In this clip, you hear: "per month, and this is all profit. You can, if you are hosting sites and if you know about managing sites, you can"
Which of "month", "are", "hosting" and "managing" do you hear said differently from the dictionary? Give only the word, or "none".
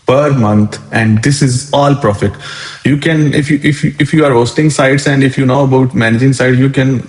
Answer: month